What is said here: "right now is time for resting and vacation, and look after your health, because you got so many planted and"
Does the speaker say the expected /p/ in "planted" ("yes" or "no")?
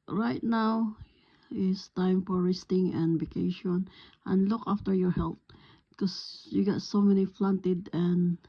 no